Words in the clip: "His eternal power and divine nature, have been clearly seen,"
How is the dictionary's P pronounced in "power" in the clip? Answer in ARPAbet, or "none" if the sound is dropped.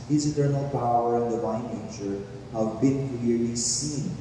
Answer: P